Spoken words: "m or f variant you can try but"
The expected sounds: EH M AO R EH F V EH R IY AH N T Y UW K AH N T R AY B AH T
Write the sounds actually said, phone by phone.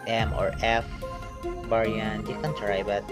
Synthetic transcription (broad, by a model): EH M AO R EH F B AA R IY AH N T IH K AH N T R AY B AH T